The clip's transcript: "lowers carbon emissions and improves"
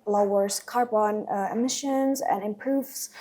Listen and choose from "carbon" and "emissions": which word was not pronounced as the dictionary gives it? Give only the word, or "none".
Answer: none